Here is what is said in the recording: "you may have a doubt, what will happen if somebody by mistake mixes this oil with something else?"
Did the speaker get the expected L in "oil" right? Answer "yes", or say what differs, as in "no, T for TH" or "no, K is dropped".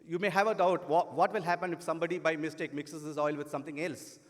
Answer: yes